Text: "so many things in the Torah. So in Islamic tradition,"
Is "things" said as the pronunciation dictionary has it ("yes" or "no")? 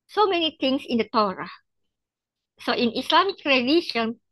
no